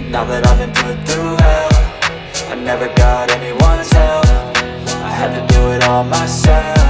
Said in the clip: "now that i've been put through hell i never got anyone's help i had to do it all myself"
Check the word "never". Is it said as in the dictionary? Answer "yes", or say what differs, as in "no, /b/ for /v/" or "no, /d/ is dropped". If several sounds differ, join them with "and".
yes